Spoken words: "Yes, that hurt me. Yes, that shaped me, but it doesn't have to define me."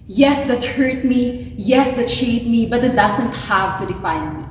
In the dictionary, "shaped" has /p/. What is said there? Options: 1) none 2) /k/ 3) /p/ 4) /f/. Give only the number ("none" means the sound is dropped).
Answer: 1